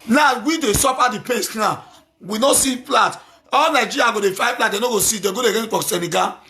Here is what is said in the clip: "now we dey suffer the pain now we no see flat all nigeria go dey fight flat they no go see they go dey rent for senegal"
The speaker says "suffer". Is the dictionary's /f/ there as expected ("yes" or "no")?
no